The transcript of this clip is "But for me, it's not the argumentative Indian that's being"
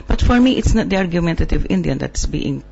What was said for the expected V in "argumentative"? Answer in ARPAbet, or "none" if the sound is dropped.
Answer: V